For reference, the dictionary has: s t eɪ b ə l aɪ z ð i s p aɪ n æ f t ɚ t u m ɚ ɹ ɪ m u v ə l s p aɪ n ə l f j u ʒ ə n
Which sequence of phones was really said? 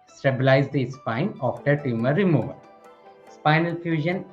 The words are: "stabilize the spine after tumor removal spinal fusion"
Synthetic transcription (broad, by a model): s t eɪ b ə l aɪ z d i s p aɪ n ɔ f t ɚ t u m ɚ ɹ ɪ m u v ə l s p aɪ n ə l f j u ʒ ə n